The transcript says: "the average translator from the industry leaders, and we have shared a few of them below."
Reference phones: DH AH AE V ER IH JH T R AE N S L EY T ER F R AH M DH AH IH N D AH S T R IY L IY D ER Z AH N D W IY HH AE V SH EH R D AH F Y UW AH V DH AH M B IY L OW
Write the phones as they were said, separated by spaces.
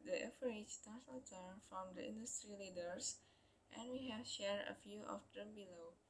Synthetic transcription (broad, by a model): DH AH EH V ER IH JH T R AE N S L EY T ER F R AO M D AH IH N D AH S T R IY L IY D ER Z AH N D W IY HH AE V SH EH R D AH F Y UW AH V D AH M B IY L OW